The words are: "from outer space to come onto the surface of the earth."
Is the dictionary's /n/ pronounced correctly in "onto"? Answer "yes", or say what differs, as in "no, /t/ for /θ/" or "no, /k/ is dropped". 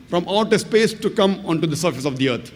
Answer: yes